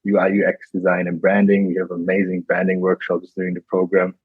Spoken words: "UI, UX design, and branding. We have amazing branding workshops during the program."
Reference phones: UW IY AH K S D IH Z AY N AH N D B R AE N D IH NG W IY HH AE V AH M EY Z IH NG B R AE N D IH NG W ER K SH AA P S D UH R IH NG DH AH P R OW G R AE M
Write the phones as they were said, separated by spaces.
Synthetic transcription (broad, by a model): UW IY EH K S D IH Z AY N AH N B R AE N D IH NG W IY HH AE V AH M EY Z IH NG B R AE N D IH NG W ER K SH AA P S D UH R IH NG DH AH P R OW G R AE M